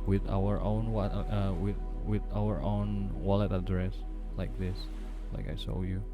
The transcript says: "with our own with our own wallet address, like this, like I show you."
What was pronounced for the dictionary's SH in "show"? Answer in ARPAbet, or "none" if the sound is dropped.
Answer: S